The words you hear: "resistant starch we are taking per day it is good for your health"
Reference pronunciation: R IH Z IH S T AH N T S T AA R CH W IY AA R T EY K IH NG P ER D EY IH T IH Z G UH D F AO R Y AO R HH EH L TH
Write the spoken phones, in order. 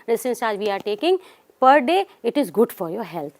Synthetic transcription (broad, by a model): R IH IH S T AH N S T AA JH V IY AA R T EY K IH NG P ER D EY IH T IH Z G UH D F AO R Y AO R HH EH L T